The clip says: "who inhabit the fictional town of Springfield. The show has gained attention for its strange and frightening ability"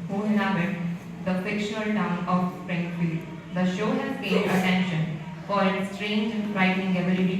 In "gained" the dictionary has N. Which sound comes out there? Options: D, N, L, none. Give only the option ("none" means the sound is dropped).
none